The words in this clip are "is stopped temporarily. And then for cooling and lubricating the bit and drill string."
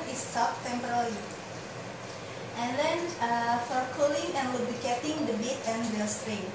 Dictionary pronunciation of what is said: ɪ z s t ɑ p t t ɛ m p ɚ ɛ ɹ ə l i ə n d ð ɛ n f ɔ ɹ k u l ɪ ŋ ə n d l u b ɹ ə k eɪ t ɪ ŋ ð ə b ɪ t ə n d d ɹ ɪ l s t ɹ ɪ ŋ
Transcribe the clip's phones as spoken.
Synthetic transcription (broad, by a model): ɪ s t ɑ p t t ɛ m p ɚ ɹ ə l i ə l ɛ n f ɔ ɹ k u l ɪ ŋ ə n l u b ə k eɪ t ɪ ŋ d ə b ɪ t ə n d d ɪ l s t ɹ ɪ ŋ